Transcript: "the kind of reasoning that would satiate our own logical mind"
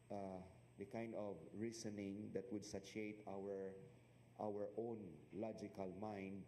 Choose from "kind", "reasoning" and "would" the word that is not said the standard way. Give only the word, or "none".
reasoning